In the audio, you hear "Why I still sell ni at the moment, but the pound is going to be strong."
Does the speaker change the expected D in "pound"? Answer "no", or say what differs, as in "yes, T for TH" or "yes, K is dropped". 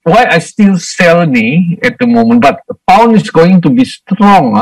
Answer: yes, D is dropped